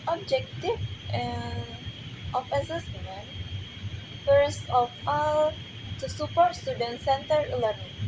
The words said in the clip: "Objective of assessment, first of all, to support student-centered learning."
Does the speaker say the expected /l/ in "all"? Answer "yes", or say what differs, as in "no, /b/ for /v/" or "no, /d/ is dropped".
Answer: yes